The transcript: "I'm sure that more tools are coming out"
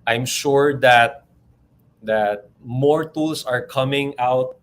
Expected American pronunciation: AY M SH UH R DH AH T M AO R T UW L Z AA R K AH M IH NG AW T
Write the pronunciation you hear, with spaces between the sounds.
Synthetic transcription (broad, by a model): AY M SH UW R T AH T M AO R T UW L S AA R K AH M IH NG AW T